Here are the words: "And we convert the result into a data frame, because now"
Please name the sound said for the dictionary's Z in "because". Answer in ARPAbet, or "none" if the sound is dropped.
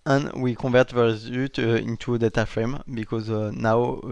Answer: Z